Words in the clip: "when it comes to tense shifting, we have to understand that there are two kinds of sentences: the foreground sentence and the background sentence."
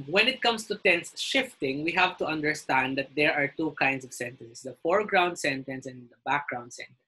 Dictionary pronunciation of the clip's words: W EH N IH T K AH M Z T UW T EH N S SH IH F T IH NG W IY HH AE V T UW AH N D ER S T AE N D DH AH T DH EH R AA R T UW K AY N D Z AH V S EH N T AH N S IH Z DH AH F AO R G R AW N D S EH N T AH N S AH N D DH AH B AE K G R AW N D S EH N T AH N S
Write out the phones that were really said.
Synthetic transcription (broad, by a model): W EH N IH T K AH M S T UW T EH N S SH IH F T IH NG W IY HH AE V T UW AH N D ER S T AE N D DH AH T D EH R AA R T UW K AY N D S AH V S EH N T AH N S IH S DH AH F AO R G R AW N D S EH N T AH N S AH N D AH B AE K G R AW N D S EH N T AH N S